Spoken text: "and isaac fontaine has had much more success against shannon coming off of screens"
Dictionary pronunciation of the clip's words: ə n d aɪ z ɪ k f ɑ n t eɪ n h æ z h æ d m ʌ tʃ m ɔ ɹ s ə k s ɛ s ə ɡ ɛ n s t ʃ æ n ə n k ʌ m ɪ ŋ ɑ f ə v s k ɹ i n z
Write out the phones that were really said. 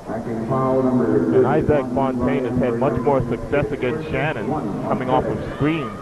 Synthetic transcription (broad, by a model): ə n aɪ z ɪ k f ɑ n t eɪ n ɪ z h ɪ d m ʌ tʃ m ɔ ɹ s ə k s ɛ s ə ɡ ɛ n s t ʃ æ n ə n k ʌ m ɪ ŋ ɑ f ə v s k ɹ i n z